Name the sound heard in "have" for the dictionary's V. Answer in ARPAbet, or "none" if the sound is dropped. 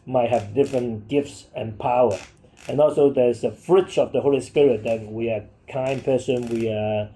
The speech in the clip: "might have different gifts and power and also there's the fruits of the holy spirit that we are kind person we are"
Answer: V